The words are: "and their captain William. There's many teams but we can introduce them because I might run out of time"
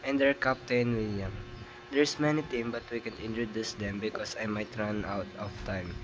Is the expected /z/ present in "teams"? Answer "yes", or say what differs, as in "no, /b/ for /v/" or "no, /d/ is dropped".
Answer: no, /z/ is dropped